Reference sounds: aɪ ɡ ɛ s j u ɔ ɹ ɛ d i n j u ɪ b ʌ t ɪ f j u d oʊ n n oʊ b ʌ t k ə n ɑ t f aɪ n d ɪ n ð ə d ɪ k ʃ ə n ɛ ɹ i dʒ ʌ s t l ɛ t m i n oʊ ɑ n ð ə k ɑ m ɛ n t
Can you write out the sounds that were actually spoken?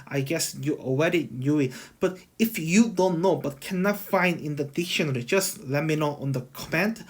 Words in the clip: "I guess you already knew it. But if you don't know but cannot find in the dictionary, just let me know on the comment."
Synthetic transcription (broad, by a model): aɪ ɡ ɛ s j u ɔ w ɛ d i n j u ɪ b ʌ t ɪ f j u d oʊ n n oʊ b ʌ t k ə n ɑ t f aɪ n d ɪ n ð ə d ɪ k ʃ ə n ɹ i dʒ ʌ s l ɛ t m i n oʊ ɑ n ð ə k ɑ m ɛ n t